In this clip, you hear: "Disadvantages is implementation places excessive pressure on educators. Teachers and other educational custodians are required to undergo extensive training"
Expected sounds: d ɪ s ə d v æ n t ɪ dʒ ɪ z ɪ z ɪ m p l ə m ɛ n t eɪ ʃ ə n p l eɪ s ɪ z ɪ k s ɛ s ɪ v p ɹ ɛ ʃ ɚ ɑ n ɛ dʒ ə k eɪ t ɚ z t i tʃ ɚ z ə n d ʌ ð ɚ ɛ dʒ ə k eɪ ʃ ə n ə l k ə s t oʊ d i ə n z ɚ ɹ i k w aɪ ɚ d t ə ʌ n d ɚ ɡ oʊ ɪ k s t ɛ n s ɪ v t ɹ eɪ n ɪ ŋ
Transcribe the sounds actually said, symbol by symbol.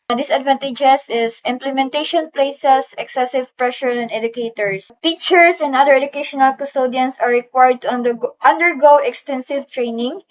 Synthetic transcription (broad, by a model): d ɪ s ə d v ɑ n t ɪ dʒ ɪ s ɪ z ɪ m p l ə m ɛ n t eɪ ʃ ə n p l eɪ s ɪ s ɪ k s ɛ s ɪ v p ɹ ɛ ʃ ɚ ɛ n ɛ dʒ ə k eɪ t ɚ s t i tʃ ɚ s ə n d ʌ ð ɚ ɛ dʒ ə k eɪ ʃ ə n ə l k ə s t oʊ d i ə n s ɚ ɹ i k w aɪ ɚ d t ə ʌ n d ɚ ɡ oʊ ɪ k s t ɛ n s ɪ v t ɹ eɪ n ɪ ŋ